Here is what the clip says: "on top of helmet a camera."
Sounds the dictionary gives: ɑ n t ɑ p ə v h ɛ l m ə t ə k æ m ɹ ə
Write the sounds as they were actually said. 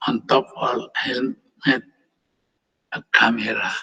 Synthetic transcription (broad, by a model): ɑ n t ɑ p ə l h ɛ n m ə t ə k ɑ m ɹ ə